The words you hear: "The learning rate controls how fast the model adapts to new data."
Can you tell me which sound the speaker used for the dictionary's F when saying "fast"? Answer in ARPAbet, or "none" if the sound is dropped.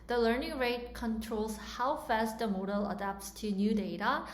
F